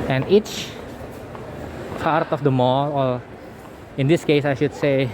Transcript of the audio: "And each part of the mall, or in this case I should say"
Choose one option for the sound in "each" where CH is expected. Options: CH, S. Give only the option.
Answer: CH